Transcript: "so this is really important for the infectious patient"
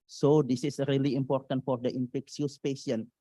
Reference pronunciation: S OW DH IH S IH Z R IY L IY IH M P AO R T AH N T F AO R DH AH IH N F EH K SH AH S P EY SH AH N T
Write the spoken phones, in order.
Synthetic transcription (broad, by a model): S OW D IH S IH S R IY L IY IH M P AO R T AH N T F AO R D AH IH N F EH K S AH S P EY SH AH N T